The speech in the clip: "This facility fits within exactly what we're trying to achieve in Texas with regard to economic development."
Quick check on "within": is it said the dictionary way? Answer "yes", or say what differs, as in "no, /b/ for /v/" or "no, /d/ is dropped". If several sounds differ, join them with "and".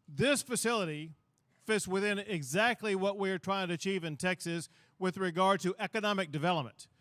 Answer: yes